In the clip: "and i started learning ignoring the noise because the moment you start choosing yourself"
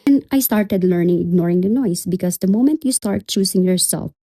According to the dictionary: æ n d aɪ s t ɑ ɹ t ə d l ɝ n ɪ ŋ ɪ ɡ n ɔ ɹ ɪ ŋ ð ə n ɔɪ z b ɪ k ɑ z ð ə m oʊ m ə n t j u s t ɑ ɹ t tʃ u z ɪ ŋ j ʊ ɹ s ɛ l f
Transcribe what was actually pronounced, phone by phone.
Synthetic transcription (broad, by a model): n aɪ s t ɑ ɹ t ə d l ɝ n ɪ ŋ ɪ ɡ n ɔ ɹ ɪ ŋ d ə n ɔɪ s b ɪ k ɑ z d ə m oʊ m ə n t j u s t ɑ ɹ t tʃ u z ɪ ŋ j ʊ ɹ s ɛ l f